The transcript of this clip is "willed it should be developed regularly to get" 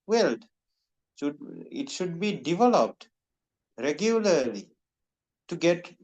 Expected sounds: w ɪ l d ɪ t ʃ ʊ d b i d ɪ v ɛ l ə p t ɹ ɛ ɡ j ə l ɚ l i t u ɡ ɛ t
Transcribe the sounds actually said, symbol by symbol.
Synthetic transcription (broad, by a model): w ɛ l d ɪ t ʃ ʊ d b i d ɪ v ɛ l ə p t ɹ ɛ ɡ j ə l ɚ l i t u ɡ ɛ t